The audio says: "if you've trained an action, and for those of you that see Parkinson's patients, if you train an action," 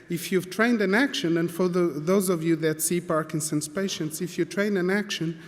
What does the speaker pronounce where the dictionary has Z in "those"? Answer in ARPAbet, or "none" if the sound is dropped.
Z